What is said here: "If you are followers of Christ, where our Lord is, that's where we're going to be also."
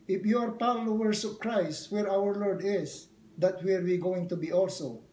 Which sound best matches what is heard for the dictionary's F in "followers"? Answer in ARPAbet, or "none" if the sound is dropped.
P